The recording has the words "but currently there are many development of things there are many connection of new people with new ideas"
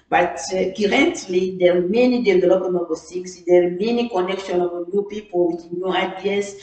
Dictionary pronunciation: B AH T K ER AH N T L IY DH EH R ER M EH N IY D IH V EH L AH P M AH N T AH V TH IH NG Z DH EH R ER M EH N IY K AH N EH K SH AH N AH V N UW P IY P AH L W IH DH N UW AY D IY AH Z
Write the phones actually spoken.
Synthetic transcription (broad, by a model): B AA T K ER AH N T L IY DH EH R M EH N IY D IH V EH L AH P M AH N AH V S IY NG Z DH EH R M EH N IY K AH N EH K SH AH N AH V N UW P IY P AH L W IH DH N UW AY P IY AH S